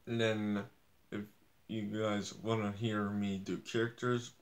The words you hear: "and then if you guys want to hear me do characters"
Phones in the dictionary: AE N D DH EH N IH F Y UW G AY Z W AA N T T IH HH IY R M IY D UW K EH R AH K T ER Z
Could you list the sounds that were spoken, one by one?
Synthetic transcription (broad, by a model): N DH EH N IH F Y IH G AY Z W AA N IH HH IY R M IY D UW K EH R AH K T ER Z